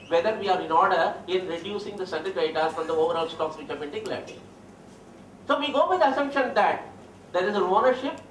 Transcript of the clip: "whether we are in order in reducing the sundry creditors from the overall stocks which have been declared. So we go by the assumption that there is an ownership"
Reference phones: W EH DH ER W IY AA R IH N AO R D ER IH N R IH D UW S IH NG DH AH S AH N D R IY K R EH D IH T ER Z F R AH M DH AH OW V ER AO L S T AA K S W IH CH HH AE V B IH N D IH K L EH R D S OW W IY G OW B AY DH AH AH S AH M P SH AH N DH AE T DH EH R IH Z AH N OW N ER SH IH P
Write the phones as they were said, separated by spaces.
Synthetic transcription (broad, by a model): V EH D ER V IY AA R IH N AO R D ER IH N R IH D UW S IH NG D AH S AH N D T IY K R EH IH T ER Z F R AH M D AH OW V ER AO L S T AA K S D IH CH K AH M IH N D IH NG L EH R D S OW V IY G OW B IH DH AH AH S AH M SH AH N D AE T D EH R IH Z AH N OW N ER SH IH P